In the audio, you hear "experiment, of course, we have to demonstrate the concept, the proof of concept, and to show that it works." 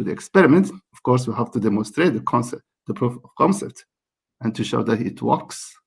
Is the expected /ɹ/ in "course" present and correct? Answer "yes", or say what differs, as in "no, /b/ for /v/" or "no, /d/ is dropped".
yes